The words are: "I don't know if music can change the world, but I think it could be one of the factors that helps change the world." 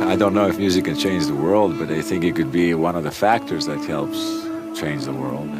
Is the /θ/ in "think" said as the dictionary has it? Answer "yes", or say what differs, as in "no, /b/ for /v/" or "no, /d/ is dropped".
yes